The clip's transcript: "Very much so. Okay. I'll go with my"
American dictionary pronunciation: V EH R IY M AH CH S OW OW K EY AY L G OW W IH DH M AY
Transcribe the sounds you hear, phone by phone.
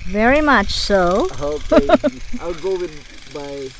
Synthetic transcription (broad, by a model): V EH R IY M AH CH S OW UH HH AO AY W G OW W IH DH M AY